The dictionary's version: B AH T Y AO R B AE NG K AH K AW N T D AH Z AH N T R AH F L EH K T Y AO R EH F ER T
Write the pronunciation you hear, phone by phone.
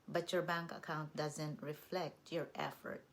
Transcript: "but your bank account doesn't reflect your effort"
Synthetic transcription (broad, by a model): B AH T Y AO R B AE NG K AH K AW N T D AH Z AH N T R AH F L EH K T Y AO R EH F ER T